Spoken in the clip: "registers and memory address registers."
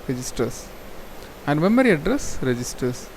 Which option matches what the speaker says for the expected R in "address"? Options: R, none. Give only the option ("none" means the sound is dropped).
R